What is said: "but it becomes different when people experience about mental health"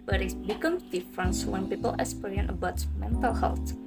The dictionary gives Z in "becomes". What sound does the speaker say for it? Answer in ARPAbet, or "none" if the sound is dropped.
none